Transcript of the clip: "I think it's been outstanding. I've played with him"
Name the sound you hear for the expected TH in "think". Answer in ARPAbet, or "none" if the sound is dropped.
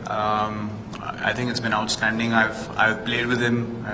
T